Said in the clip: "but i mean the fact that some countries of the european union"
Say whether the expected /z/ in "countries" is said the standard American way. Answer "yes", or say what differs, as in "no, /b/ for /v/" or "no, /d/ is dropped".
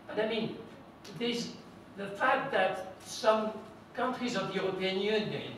yes